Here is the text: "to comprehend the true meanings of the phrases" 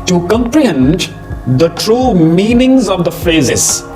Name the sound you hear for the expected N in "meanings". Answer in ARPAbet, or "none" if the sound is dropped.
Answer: N